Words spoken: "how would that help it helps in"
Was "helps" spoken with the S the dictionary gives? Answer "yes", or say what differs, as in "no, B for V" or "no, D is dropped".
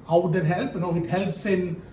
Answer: yes